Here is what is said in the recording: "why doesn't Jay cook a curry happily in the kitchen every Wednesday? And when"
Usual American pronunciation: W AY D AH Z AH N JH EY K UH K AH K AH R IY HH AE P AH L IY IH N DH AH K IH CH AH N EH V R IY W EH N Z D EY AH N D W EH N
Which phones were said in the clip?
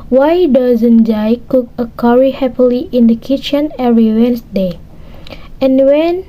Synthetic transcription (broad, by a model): W AY D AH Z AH N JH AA K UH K AH K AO R IY HH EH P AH L IY IH N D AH K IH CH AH N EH R IY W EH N S D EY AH N W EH N